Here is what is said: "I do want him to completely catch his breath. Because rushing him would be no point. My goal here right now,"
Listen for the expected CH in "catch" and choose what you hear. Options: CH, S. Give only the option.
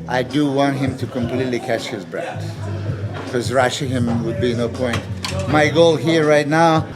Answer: CH